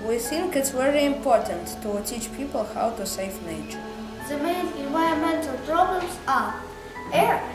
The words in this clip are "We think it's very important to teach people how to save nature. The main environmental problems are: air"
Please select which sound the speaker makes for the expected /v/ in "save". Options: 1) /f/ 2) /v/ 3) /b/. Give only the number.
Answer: 1